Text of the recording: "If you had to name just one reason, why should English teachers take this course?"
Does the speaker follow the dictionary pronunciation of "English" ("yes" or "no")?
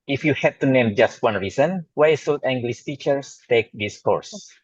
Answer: no